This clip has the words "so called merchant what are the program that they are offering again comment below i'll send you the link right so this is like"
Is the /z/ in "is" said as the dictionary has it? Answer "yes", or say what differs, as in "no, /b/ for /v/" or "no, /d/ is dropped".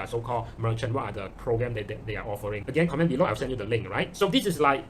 no, /s/ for /z/